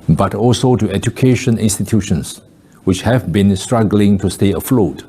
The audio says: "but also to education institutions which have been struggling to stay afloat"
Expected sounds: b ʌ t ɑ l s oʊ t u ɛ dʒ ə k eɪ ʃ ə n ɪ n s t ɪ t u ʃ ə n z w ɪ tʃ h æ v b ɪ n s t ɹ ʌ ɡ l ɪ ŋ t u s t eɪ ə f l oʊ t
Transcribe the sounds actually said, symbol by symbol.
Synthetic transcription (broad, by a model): b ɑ t ɑ l s oʊ t u ɛ dʒ ə k eɪ ʃ ə n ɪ n s t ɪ t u ʃ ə n s w ɪ tʃ h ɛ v b ɪ n s t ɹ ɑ ɡ l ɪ ŋ t u s t eɪ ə f l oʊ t